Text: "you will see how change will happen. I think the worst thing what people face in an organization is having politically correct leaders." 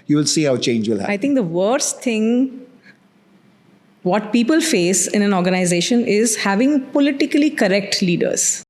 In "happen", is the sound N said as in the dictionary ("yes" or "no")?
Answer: no